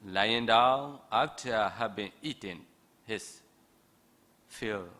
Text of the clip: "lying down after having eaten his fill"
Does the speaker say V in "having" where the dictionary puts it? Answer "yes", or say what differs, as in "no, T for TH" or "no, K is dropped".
no, B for V